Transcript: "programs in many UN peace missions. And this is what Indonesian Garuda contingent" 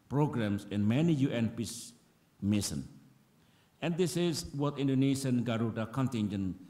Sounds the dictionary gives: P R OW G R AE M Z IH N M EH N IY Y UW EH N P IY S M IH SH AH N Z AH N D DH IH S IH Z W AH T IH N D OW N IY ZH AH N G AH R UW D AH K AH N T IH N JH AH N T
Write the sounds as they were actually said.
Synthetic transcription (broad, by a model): P R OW G R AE M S IH N M EH N IY Y UW EH N P IY S M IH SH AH N AH N D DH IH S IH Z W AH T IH N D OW N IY SH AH N G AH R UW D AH K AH N T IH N JH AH N